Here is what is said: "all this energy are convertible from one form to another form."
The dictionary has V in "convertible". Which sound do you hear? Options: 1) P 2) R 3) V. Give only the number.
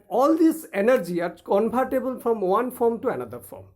1